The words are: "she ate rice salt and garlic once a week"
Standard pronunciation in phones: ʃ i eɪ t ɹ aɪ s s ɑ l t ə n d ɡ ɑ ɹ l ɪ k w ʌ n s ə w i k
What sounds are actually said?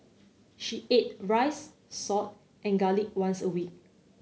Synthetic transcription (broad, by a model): ʃ i eɪ t ɹ aɪ s s ɑ t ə n ɡ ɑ l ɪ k w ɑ n s ə w i k